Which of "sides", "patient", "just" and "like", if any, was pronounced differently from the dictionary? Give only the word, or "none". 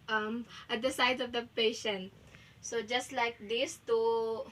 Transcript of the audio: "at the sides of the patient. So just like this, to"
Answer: sides